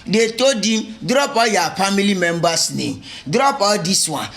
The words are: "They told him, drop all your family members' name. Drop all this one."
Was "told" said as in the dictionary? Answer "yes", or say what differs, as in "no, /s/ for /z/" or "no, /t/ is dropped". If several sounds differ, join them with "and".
no, /l/ is dropped